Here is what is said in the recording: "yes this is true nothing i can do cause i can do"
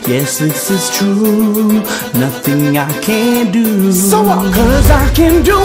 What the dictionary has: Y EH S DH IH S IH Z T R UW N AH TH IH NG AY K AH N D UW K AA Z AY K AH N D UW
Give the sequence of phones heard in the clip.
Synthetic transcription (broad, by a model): Y EH S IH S IH Z T R UW N AH TH IH NG AY K AH N D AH K AA Z AY K AH N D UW